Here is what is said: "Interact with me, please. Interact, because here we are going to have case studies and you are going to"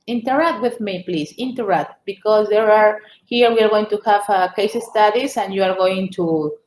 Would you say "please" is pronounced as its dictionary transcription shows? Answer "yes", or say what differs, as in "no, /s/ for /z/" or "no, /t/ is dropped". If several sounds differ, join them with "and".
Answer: no, /s/ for /z/